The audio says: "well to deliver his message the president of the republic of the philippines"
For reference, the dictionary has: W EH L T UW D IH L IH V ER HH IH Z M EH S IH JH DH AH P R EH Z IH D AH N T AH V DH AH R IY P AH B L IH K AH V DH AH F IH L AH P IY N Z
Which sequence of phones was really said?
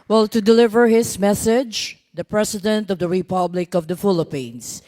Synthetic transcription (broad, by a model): W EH L T UW D IH L IH V ER HH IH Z M EH S IH JH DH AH P R EH S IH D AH N T AH V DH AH R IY P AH B L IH K AH V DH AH F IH L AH P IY N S